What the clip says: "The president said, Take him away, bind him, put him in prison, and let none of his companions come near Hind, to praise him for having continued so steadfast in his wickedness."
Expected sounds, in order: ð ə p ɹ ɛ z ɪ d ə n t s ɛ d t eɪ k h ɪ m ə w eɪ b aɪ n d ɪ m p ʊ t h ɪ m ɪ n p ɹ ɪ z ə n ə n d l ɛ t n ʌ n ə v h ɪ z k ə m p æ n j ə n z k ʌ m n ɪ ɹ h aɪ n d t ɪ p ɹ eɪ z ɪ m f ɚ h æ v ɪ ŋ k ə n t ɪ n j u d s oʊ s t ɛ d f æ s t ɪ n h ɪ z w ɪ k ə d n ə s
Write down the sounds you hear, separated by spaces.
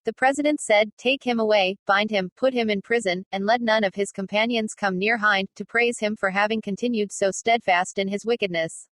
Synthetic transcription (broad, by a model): ð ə p ɹ ɛ z ɪ d ə n t s ɛ d t eɪ k h ɪ m ə w eɪ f aɪ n d ɪ m p ʊ t h ɪ m ɪ n p ɹ ɪ z ə n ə n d l ɛ t n ʌ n ə v ɪ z k ə m p æ n j ə n z k ʌ m n ɪ ɹ h aɪ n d t ɪ p ɹ eɪ z ɪ m f ɚ h æ v ɪ ŋ k ə n t ɪ n j u d s oʊ s t ɛ d f æ s t ɪ n ɪ z w ɪ k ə d n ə s